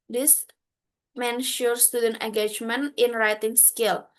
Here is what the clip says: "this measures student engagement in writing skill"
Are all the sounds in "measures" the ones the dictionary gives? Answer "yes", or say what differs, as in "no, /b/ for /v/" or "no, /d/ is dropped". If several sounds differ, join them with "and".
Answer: no, /ʃ/ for /ʒ/